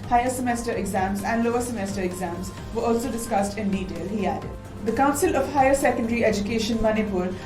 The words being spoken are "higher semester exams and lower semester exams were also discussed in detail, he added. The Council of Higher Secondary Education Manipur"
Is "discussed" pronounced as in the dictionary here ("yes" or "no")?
yes